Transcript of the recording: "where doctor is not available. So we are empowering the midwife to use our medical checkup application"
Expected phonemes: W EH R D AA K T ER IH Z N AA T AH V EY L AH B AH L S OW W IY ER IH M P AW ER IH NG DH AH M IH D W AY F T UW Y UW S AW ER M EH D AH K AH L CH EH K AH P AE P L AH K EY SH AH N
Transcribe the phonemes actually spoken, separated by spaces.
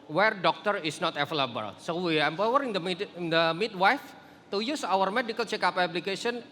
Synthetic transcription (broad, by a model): W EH R D AA K T ER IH S N AA T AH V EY L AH B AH L S OW W IY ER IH M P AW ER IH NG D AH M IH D W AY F T UW Y UW S AW ER M EH D AH K AH L CH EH K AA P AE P L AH K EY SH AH N